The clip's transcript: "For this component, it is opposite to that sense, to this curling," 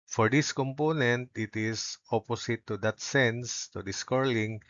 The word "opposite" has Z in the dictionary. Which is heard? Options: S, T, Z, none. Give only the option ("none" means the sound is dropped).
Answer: S